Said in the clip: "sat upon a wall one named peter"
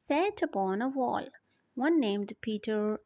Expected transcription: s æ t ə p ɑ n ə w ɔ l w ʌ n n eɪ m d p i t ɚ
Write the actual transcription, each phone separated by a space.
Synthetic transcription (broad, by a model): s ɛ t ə b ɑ n ə w ɔ l w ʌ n n eɪ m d p i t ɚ